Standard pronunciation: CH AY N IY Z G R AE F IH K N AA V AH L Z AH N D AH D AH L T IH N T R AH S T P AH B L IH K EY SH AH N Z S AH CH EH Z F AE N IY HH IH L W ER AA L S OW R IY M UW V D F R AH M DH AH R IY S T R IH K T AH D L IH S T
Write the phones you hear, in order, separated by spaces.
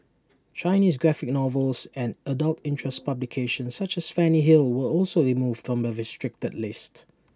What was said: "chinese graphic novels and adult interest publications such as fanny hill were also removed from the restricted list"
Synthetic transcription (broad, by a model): CH AY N IY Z G R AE F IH K N AA V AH L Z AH N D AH D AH L T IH N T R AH S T P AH B L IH K EY SH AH N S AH CH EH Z F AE N IY HH IH L W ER AA L S OW R IY M UW V D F R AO M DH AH R IY S T R IH K T AH D L IH S T